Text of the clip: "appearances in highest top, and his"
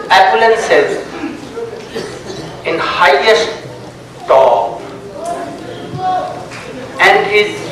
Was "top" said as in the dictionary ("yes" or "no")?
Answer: no